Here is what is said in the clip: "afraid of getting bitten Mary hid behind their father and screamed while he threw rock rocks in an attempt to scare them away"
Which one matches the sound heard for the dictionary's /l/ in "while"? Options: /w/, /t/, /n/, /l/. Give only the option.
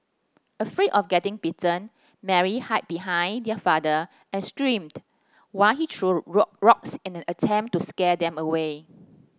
/l/